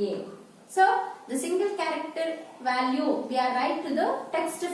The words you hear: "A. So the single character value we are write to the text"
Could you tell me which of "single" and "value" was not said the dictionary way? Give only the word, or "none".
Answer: none